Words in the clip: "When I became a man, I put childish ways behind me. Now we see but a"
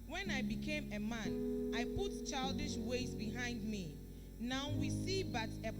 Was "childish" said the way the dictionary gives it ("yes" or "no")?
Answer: yes